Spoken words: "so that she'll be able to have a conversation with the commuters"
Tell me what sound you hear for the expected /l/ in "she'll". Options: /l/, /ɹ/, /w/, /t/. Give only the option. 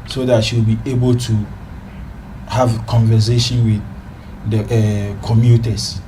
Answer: /w/